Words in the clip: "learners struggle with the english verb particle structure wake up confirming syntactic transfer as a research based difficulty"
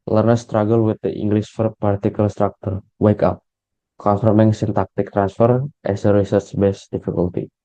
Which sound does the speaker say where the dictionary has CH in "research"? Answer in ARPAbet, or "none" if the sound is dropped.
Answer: S